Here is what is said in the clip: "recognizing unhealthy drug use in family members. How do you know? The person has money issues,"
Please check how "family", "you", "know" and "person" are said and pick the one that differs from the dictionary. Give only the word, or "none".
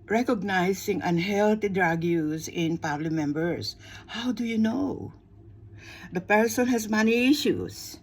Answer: family